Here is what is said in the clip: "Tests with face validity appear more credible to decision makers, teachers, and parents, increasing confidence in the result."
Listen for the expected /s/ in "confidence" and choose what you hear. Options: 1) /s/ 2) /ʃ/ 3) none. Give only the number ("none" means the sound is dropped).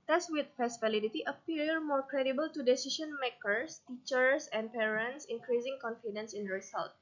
1